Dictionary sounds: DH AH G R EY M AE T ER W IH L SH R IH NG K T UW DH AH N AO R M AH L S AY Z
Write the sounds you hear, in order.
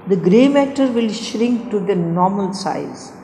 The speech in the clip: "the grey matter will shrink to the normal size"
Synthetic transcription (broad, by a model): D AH G R EY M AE T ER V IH L SH R IH NG K T UW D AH N AO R M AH L S AY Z